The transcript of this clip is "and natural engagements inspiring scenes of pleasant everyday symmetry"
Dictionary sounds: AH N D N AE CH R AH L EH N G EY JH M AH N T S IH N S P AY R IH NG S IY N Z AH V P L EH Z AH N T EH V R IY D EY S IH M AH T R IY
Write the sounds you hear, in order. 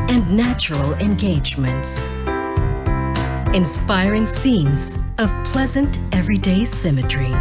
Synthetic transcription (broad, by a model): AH N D N AE CH R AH L EH N G EY JH M AH N T S IH N S P AY R IH NG S IY N Z AH V P L EH Z AH N T EH V R IY D EY S IH M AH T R IY